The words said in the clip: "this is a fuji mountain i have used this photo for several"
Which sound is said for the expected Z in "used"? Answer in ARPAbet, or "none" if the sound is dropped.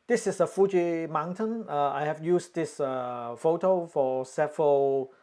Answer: S